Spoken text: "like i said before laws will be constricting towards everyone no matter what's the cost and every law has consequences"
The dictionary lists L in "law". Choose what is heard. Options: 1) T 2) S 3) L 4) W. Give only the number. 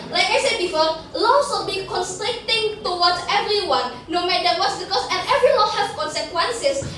4